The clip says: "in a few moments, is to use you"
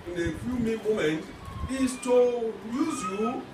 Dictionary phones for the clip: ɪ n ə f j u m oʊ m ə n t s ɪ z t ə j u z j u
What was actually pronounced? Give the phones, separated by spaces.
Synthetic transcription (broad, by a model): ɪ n ə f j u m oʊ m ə n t ɪ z t ə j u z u